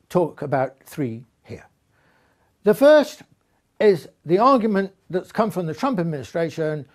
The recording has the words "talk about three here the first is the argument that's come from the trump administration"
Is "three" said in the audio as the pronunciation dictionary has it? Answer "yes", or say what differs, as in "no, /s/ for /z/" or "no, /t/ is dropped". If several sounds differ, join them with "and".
yes